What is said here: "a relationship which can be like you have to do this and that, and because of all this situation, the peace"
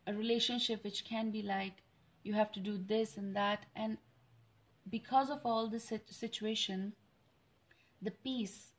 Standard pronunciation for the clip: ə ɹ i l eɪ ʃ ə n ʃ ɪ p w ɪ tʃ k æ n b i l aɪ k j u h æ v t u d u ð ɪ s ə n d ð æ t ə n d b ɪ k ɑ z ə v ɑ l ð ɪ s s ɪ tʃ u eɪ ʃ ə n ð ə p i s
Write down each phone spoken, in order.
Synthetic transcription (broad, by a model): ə ɹ i l eɪ ʃ ə n ʃ ɪ p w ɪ tʃ k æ n b i l aɪ k j u h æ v t u d u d ɪ s ə n d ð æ t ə n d b ɪ k ɑ z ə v ɑ l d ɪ s s ɪ tʃ u eɪ ʃ ə n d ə p i s